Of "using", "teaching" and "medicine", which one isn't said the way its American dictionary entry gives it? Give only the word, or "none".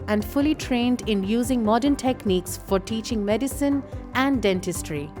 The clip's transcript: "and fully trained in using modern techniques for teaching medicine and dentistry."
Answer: none